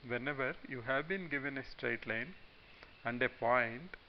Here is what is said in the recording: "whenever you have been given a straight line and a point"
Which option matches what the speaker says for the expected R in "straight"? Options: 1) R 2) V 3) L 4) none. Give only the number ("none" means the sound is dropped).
1